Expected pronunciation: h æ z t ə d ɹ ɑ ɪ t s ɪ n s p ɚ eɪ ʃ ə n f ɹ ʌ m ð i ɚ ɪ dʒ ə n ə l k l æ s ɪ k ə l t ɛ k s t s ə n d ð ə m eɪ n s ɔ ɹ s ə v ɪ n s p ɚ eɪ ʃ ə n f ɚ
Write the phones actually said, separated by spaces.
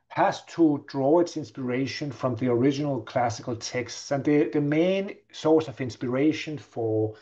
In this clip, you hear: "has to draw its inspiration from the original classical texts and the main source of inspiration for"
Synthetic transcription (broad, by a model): h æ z t ə d ɹ ɑ ɪ t s ɪ n s p ɚ eɪ ʃ ə n f ɹ ʌ m ð i ɚ ɪ dʒ ə n ə l k l æ s ɪ k ə l t ɛ k s t s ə n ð ð ə m eɪ n s ɔ ɹ s ə v ɪ n s p ɚ eɪ ʃ ə n f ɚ